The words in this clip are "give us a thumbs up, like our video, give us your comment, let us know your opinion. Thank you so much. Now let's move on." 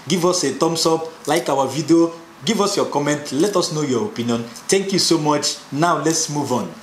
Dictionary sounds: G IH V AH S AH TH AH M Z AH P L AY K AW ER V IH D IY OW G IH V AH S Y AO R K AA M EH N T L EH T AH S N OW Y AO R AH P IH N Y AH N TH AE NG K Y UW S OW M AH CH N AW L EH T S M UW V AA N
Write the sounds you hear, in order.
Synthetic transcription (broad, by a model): G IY V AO S AH T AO M S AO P L AY K AW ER V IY D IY OW G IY V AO S Y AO K AA M EH N T L EH T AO S N OW Y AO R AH P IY N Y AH N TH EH NG K Y UW S OW M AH CH N AW L EH T S M UW V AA N